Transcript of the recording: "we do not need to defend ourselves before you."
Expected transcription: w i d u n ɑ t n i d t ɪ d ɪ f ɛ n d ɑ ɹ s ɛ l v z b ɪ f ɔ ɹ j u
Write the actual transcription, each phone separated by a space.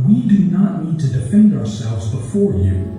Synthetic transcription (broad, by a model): w i d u n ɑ t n i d t ɪ d ɪ f ɛ n d ɑ ɹ s ɛ l v z b ɪ f ɔ ɹ j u